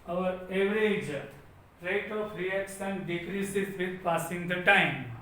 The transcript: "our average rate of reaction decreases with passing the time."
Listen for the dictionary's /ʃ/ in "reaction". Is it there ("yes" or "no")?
no